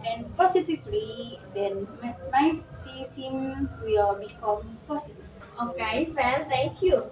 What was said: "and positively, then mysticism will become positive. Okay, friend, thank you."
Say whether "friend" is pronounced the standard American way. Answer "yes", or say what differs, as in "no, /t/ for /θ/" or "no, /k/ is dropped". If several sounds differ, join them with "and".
no, /ɹ/ is dropped